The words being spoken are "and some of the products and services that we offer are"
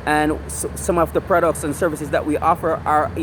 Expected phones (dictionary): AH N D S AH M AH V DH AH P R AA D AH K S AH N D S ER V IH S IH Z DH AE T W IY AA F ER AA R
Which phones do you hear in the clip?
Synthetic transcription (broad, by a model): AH N S AH M AH V DH AH P R AA D AH K S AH N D S ER V IH S IH Z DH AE T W IY AA F ER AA R